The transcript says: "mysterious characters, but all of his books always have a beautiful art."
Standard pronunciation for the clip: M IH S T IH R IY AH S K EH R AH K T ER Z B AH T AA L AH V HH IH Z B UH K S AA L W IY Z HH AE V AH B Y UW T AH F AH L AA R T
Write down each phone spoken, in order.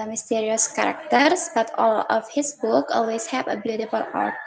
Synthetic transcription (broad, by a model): M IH S T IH R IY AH S K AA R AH K T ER S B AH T AA L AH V HH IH S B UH K AA L W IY S HH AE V AH B Y UW T AH F AH L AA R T